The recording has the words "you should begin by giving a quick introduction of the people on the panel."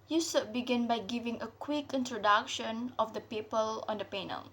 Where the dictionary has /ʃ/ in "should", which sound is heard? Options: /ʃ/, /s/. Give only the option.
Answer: /s/